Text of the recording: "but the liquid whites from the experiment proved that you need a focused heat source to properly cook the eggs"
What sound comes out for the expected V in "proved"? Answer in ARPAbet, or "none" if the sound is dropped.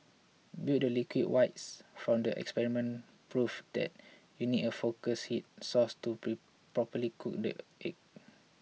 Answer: F